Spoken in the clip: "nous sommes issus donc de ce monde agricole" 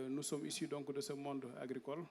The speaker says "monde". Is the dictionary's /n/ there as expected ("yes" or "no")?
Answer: yes